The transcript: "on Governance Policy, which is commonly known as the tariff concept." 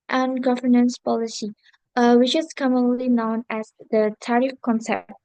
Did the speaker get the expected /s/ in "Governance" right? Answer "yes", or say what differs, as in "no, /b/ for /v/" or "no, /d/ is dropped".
yes